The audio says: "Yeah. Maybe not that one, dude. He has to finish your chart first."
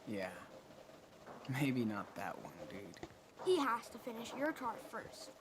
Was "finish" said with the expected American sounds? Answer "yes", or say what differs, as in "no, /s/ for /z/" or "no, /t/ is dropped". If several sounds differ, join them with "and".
yes